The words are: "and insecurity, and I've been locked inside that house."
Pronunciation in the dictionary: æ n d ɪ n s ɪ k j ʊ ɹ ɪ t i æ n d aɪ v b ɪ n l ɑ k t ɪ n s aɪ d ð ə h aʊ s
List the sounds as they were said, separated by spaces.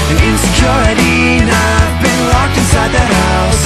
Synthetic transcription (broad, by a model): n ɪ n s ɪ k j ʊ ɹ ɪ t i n aɪ v b ɪ n l ɑ k t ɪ s aɪ d ð ə h aʊ s